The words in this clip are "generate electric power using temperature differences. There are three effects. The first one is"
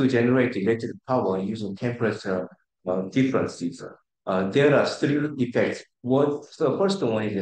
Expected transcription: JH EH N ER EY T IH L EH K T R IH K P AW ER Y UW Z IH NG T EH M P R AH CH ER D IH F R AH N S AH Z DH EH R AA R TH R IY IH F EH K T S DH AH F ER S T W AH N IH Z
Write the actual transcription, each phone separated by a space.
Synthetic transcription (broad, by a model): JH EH N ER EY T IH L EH T IH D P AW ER Y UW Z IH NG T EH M P R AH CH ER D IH F R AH N S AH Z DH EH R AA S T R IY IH F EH K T S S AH F ER S T W AH N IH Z